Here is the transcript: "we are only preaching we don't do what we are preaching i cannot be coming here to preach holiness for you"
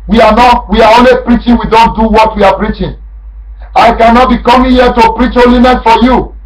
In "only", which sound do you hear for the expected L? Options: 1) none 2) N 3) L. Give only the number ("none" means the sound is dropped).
3